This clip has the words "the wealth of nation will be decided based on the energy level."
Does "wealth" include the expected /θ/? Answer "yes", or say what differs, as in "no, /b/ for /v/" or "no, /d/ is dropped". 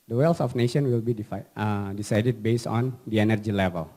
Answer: no, /s/ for /θ/